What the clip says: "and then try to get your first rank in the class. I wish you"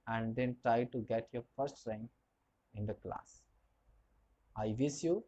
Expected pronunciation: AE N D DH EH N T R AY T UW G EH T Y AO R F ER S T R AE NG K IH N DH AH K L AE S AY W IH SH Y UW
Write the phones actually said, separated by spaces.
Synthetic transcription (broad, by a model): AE N D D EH N T R AY T UW G EH T Y AO R F ER S T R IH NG IH N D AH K L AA S AY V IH S Y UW